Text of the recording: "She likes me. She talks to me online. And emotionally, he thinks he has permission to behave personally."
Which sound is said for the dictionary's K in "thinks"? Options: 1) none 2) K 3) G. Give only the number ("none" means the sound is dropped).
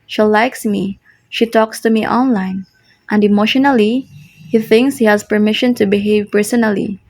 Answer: 2